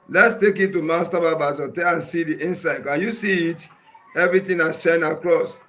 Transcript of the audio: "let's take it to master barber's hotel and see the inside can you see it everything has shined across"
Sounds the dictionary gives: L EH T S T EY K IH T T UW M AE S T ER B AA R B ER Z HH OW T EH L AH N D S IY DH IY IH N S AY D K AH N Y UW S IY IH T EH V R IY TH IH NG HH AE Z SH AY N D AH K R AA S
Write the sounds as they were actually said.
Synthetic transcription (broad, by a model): L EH T S T EY K IH T T UW M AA S T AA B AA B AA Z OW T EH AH N S IY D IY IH N S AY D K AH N Y UW S IY IH T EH V R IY T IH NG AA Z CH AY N AH K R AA S